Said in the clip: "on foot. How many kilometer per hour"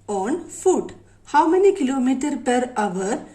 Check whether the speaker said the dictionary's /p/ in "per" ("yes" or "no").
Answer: yes